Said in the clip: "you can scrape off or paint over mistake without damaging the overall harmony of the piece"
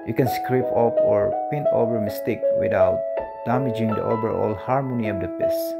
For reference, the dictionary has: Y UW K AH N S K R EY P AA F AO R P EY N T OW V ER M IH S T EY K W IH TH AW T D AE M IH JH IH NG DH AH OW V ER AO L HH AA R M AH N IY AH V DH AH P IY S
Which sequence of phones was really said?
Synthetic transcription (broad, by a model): Y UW K AH N S K R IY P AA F AO R P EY N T OW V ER M IH S T EY K W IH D AW T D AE M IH JH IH NG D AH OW B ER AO L HH AA R M AH N IY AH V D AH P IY S